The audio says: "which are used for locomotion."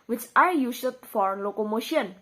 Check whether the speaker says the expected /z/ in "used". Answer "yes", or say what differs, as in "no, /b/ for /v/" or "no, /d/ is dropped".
no, /s/ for /z/